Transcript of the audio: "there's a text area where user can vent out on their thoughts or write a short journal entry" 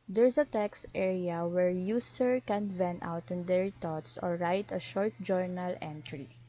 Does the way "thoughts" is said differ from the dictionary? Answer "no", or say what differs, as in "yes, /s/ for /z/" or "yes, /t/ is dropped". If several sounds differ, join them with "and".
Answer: yes, /t/ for /θ/